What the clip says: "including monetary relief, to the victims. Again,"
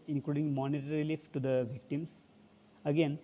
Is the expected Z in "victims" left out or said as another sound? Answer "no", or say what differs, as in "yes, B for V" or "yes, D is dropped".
yes, S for Z